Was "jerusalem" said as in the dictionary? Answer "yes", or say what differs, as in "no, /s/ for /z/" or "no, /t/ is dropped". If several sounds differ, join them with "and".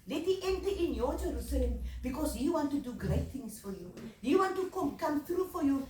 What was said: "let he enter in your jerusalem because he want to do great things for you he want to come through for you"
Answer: yes